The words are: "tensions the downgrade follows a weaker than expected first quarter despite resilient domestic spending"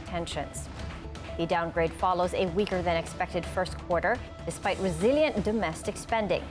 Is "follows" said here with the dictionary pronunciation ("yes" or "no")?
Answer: yes